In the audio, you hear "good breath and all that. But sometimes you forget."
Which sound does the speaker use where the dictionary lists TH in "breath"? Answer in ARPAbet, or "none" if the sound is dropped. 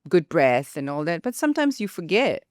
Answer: TH